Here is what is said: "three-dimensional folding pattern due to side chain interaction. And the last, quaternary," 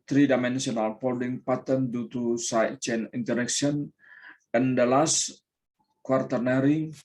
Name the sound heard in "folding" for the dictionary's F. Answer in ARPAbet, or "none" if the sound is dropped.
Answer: P